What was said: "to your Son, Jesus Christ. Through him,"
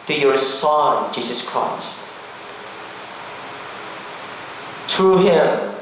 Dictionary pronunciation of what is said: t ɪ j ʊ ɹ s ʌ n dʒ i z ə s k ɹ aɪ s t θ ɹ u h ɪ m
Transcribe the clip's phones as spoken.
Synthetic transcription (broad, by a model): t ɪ j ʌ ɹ s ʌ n dʒ i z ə s k ɹ aɪ s t t ɹ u h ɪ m